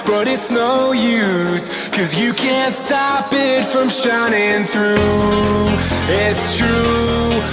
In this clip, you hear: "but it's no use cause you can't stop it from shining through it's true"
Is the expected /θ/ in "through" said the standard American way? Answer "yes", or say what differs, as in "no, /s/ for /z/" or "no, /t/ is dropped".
yes